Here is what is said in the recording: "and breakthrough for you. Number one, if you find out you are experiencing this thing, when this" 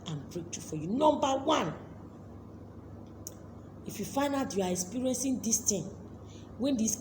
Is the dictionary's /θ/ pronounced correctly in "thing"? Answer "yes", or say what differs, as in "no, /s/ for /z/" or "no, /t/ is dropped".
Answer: no, /t/ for /θ/